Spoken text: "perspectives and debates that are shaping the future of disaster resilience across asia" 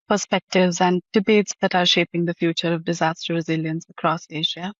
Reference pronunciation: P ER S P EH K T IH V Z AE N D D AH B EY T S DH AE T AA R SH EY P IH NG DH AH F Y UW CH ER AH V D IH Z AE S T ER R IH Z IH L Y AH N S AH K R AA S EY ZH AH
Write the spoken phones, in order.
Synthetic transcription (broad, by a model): P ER S P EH K T IH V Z AE N D D AH B EY T S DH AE T AA R SH EY P IH NG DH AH F Y UW CH ER AH V D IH Z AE S T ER R IH Z IH L Y AH N S AH K R AA S EY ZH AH